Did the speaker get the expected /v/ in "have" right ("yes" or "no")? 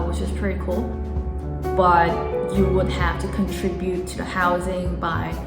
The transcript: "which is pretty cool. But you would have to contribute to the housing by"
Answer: no